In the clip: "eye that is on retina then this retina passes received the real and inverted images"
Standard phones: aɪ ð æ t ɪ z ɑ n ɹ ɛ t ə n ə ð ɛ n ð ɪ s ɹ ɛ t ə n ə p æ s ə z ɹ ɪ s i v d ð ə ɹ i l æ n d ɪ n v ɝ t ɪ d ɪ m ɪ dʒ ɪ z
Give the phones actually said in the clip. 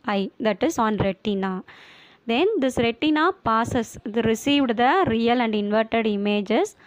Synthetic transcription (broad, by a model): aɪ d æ t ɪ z ɑ n ɹ ɛ t ə n ə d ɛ n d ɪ s ɹ ɛ t ə n ə p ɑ s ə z ɹ ɪ s i v d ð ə ɹ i l æ n d ɪ n v ɝ t ɪ d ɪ m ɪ dʒ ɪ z